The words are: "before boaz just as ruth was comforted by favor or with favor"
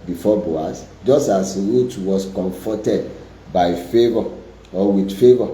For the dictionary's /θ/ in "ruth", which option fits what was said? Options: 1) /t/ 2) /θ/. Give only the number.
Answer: 1